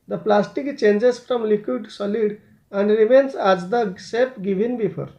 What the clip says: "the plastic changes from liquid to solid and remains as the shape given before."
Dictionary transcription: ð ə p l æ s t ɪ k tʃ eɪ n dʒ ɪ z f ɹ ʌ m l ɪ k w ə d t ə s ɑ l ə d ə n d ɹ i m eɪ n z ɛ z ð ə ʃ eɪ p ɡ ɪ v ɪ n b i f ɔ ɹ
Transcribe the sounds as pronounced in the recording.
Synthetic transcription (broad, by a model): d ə p l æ s t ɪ k tʃ eɪ n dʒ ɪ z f ɹ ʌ m l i k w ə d s ɑ l ə d ə n d ɹ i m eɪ n s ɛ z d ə s eɪ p ɡ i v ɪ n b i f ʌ ɹ